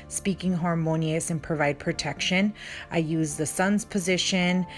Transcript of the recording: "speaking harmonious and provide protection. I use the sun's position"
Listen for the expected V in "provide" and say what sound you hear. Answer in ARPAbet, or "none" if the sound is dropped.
V